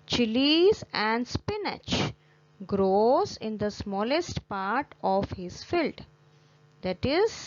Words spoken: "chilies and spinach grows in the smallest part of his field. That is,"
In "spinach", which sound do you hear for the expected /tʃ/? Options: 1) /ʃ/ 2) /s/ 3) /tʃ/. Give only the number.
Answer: 3